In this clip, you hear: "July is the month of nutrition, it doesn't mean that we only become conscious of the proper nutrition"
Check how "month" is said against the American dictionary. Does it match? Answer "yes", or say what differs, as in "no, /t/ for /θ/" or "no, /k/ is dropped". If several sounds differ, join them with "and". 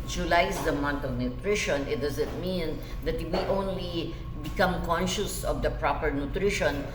no, /t/ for /θ/